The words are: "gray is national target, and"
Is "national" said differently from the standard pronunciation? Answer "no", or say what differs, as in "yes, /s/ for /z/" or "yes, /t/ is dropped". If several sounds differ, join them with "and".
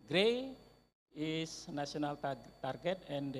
yes, /s/ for /ʃ/